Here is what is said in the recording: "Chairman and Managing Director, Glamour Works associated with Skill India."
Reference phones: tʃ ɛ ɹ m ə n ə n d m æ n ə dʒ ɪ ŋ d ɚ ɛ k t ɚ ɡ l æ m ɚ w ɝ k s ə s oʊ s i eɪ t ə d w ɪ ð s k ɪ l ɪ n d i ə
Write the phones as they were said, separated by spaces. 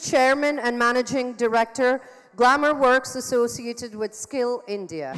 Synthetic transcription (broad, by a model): tʃ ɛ ɹ m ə n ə n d m æ n ə dʒ ɪ ŋ d ɚ ɛ k t ɚ ɡ l æ m ɚ w ɝ k s ə s oʊ s i eɪ t ə d w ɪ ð s k ɪ l ɪ n d i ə